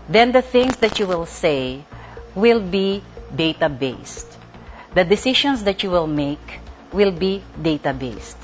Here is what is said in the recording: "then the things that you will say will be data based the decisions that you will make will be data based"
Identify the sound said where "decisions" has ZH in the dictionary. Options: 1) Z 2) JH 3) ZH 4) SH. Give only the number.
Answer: 4